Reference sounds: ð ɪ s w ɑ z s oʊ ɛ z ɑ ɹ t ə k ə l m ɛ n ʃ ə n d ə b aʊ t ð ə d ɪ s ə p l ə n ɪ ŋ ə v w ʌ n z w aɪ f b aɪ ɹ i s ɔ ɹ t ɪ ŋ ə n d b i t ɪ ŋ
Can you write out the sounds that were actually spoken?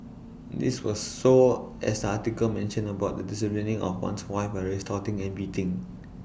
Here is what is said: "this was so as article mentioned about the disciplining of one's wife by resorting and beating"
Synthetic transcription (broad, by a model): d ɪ s w ɑ s oʊ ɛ s ɑ t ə k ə l m ɛ n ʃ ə n ə b aʊ t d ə d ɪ s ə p l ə n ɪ ŋ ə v w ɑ n s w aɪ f b aɪ ɹ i s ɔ t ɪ ŋ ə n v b i t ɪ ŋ